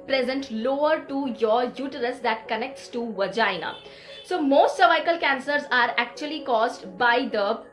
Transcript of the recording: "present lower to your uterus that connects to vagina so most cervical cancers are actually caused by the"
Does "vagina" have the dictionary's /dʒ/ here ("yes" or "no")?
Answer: yes